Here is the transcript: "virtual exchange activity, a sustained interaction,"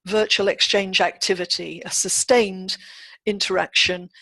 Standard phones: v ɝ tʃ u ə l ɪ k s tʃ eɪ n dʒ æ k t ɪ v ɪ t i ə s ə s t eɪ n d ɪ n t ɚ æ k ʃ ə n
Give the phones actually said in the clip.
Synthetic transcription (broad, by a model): v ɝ tʃ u ə l ɪ k s tʃ eɪ n dʒ æ k t ɪ v ɪ t i ə s ə s t eɪ n d ɪ n t ɚ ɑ k ʃ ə n